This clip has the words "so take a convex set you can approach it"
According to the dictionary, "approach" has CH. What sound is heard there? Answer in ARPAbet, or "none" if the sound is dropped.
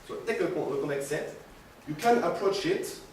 CH